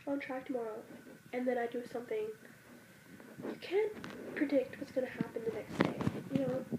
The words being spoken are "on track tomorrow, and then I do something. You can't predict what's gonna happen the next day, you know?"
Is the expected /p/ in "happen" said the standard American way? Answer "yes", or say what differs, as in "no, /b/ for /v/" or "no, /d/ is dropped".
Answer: yes